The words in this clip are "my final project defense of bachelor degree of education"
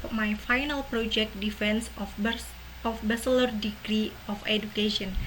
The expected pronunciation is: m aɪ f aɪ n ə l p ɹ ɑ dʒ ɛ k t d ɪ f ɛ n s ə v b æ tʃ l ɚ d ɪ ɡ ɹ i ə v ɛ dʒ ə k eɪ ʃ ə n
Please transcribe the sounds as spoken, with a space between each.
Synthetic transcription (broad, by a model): m aɪ f aɪ n ə l p ɹ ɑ dʒ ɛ k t d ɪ f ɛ n s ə f b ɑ s l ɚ d ɪ ɡ ɹ i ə f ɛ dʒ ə k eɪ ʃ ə n